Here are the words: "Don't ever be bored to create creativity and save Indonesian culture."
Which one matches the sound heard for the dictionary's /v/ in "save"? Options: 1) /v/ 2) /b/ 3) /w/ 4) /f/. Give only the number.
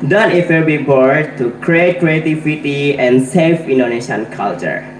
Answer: 4